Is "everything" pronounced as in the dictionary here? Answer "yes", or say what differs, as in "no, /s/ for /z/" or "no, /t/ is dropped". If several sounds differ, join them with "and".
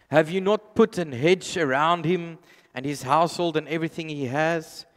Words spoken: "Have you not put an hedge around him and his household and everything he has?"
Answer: yes